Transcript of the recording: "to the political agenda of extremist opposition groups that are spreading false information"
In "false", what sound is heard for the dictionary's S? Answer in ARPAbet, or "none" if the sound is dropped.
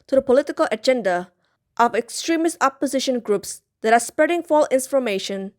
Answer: none